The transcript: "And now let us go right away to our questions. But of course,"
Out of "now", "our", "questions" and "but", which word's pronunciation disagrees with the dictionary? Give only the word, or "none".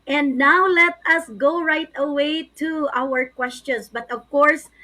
questions